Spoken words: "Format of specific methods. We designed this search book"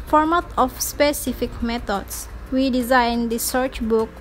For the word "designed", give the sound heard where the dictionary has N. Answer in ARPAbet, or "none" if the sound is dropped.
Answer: N